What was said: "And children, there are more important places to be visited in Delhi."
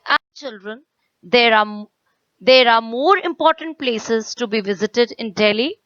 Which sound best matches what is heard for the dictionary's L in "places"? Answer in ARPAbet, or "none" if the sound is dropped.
L